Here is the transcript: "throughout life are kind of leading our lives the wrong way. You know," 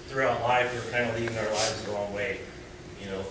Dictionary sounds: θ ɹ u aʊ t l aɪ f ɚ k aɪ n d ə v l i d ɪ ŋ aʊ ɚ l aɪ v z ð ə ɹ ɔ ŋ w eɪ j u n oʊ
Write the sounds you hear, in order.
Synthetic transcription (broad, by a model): θ ɹ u aʊ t l aɪ f ɚ k aɪ n d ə l i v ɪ ŋ aʊ ɚ l aɪ v z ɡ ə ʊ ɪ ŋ w eɪ j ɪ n oʊ